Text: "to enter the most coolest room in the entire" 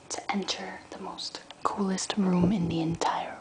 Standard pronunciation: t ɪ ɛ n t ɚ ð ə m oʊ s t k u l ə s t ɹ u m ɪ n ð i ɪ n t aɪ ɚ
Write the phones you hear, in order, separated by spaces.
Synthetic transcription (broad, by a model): t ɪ ɛ n t ɚ ð ə m oʊ s t k u l ə s t ɹ u m ɪ n ð i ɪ n t aɪ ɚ